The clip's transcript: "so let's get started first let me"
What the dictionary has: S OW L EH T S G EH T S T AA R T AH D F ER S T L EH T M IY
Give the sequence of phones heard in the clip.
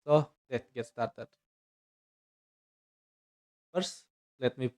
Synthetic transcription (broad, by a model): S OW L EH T G EH T S T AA R T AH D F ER S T L EH T M IY